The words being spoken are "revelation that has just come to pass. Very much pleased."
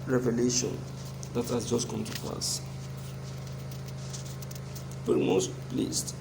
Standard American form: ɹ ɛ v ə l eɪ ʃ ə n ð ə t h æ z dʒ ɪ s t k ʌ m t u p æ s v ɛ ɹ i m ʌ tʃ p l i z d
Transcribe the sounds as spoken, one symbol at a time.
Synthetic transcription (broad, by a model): ɹ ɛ v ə l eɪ ʃ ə n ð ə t h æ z dʒ ɪ s t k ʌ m t u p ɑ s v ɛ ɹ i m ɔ s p l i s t